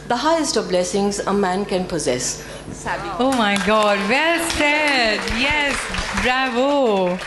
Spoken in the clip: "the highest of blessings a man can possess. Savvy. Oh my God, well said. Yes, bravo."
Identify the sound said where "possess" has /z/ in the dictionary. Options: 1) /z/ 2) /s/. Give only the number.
1